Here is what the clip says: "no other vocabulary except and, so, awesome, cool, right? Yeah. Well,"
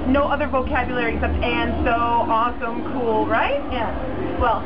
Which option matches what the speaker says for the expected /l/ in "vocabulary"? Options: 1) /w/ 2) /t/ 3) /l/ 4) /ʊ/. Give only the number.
3